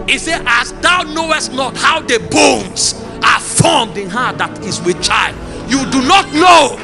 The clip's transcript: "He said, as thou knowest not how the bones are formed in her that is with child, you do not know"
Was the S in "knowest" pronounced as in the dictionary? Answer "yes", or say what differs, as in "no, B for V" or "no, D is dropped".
yes